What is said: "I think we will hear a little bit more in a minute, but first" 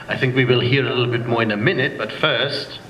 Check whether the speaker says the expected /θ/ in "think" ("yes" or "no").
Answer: yes